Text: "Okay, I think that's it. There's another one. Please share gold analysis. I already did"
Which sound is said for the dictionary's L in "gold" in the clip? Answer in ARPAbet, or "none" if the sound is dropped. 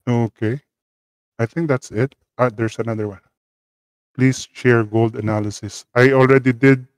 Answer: L